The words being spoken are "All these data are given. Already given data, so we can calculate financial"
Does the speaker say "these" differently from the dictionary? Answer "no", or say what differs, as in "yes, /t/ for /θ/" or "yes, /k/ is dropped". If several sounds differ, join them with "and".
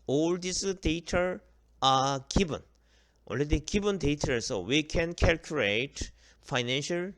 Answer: yes, /s/ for /z/